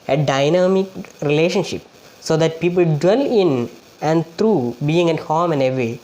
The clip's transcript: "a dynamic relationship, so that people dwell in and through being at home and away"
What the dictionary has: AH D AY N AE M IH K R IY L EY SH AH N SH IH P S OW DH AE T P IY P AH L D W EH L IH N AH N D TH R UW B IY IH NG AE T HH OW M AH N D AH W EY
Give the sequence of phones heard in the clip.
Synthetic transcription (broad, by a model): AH D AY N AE M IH K R IY L EY SH AH N SH IH P S OW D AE T P IY P AH L D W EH L IH N AH N D T R UW B IY IH NG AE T HH OW M AH N D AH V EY